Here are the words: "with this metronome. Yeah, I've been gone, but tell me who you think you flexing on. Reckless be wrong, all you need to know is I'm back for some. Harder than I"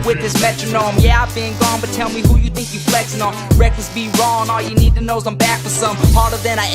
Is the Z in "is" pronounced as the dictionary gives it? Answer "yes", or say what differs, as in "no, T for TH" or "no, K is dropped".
no, S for Z